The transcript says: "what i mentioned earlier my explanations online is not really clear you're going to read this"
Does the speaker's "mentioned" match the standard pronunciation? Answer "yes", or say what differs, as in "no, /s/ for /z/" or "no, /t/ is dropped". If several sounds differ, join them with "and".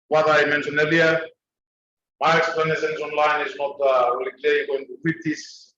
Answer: no, /d/ is dropped